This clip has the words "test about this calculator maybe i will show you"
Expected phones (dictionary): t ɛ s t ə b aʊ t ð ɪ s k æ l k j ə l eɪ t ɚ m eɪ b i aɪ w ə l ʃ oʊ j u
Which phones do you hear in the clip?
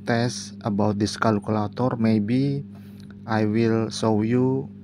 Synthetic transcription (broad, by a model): t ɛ s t ə b aʊ t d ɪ s k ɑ l k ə l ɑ t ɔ m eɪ b i aɪ w ə l s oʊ j u